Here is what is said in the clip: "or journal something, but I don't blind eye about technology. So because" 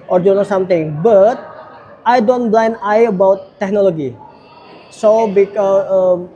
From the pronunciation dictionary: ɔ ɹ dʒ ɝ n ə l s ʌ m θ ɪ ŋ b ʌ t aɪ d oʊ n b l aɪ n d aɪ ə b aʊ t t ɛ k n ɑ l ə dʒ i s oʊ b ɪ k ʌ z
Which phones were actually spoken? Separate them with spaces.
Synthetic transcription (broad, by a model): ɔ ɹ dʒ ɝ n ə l s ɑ m t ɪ ŋ b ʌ t aɪ d oʊ n b l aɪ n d aɪ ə b aʊ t t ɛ k n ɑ l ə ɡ i s oʊ b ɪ k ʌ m